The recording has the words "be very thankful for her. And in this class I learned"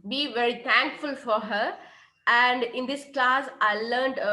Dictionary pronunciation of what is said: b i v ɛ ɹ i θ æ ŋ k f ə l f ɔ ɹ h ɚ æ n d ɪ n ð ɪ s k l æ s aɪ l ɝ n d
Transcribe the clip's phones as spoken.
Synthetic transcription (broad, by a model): b i v ɛ ɹ i t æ ŋ k f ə l f ɔ ɹ h ɚ æ n d ɪ n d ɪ s k l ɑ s aɪ l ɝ n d